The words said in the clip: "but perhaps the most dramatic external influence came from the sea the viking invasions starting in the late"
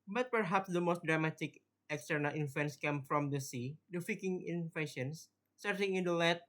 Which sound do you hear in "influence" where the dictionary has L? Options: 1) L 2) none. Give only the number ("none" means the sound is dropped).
2